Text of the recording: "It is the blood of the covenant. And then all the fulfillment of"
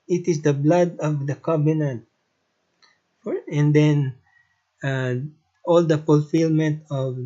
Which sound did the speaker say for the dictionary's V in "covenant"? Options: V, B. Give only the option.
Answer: B